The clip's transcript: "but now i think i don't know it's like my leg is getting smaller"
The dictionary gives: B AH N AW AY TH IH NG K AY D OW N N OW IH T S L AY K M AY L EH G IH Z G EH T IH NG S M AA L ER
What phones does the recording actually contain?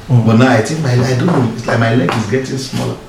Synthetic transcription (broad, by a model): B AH N AW AY T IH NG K AY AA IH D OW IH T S L AY K M AY L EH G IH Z G EH T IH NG S M AA L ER